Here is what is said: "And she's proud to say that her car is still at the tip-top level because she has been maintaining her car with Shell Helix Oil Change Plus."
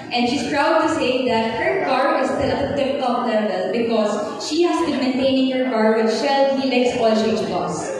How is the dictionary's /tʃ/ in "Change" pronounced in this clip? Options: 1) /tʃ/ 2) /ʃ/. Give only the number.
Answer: 2